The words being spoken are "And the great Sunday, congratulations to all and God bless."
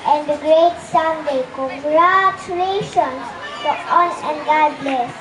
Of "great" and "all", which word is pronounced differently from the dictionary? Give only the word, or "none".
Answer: all